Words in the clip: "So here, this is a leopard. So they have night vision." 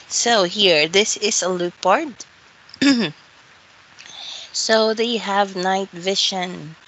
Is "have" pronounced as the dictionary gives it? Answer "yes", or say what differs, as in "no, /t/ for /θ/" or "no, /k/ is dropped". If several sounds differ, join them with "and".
yes